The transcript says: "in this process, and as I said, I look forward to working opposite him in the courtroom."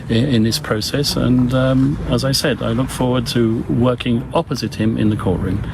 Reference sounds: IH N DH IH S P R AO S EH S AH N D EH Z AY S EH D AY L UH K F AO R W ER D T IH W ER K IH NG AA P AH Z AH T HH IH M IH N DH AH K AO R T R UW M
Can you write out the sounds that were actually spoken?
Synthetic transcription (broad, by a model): IH N DH IH S P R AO S EH S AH N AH Z AY S EH D AY L UH K F AO R W ER D T IH W ER K IH NG AA P AH Z AH T HH IH M IH N DH AH K AO R T R UW M